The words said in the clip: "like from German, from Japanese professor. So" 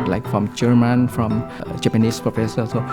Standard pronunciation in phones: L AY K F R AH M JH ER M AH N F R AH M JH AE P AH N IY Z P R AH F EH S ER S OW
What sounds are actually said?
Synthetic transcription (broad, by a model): L AY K F R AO M JH ER M AH N F R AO M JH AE P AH N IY S P R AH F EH S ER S OW